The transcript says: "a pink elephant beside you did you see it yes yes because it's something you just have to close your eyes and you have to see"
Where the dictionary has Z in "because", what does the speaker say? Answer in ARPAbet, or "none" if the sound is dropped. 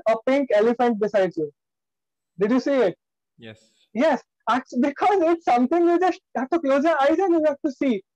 Z